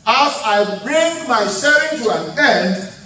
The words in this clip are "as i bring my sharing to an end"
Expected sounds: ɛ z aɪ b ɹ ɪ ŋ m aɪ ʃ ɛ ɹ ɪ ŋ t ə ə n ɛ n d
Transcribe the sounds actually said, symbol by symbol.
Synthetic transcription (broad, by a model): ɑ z aɪ b ɹ ɪ ŋ m aɪ s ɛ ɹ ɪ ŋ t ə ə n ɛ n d